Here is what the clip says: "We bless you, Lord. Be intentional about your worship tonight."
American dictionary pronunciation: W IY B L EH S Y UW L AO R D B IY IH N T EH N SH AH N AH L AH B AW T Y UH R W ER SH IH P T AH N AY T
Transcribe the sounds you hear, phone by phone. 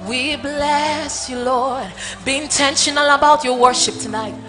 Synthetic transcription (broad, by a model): W IY B L EH S Y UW L AO R D B IY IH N T EH N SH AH N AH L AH B AW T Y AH R W ER SH IH P T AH N AY T